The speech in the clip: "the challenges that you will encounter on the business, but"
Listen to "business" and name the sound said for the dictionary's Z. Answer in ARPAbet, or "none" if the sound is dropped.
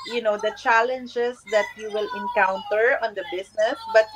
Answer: S